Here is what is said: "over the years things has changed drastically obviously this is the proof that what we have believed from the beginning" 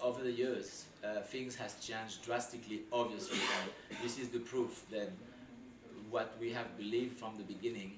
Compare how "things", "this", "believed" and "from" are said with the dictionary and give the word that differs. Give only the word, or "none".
none